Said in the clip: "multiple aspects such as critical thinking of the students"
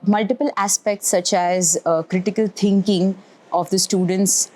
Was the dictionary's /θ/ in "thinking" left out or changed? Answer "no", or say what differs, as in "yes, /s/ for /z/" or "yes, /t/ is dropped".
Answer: yes, /t/ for /θ/